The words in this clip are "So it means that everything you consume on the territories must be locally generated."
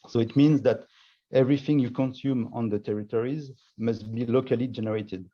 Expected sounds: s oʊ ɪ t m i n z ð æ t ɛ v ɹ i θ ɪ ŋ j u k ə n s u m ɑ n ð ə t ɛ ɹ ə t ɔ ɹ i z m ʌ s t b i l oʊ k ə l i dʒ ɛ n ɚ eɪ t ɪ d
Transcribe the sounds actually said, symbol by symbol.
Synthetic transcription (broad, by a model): s oʊ ɪ t m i n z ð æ t ɛ v ɹ i θ ɪ ŋ j u k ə n s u m ɑ n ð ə t ɛ ɹ ə t ɔ ɹ i z m ʌ s t b i l oʊ k ə l i dʒ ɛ n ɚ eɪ t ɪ d